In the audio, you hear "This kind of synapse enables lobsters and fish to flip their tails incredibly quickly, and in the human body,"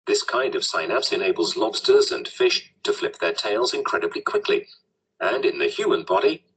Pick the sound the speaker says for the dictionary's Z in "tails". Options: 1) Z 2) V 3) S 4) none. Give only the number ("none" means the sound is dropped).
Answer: 1